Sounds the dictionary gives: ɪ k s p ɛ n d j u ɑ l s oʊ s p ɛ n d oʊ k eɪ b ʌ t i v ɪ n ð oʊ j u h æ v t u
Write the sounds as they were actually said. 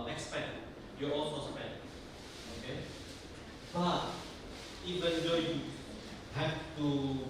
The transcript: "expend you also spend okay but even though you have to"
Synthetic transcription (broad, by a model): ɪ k s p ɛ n j u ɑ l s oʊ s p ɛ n oʊ k eɪ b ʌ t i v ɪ n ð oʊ j u h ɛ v t u